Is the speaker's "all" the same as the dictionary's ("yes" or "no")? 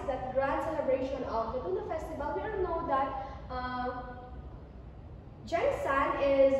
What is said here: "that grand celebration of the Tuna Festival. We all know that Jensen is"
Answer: no